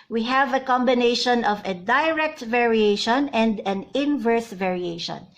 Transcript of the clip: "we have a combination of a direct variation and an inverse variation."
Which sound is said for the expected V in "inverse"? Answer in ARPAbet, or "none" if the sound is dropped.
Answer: V